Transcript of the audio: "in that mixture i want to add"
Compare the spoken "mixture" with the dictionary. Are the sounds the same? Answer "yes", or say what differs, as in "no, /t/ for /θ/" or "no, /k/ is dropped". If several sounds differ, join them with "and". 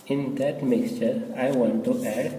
yes